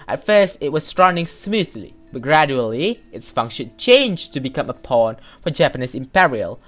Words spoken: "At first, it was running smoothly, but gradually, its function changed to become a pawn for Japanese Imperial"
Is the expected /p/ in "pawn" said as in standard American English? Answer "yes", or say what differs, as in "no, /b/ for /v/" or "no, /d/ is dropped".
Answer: yes